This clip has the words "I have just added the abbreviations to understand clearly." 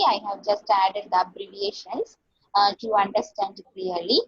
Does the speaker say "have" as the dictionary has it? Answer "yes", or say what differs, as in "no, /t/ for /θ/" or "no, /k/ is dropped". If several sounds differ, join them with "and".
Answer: yes